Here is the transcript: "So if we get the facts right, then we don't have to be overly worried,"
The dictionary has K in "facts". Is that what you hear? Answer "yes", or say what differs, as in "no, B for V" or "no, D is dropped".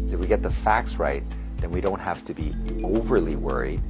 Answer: yes